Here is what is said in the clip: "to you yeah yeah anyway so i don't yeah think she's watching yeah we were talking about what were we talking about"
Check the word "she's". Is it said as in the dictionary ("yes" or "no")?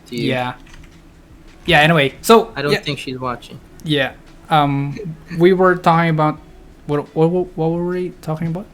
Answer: yes